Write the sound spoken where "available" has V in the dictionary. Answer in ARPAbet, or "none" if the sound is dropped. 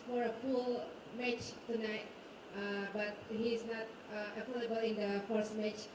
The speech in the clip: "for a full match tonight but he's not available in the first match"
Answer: F